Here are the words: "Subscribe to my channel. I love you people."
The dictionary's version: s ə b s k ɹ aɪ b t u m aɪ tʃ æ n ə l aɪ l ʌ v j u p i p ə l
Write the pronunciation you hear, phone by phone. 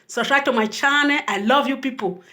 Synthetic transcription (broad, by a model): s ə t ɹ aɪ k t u m aɪ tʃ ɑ n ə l aɪ l ʌ v j u p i p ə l